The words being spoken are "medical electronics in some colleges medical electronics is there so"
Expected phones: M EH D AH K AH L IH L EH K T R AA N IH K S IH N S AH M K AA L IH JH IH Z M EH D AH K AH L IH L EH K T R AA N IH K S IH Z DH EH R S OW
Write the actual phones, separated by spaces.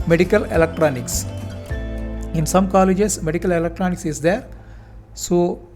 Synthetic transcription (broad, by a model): M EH D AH K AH L IH L EH K T R AA N IH K S IH N S AH M K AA L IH JH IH S M EH D AH K AH L IH L EH K T R AA N IH K S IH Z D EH R S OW